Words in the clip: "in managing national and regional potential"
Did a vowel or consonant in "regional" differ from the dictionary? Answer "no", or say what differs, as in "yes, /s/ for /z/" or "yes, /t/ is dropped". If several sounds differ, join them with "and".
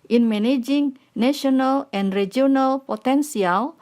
yes, /dʒ/ is dropped